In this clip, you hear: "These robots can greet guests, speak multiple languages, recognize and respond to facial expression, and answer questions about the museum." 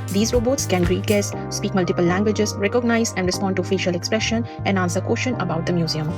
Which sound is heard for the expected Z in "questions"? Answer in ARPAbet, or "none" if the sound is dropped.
none